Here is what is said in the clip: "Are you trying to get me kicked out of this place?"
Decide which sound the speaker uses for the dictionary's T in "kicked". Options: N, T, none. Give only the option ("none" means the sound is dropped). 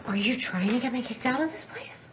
T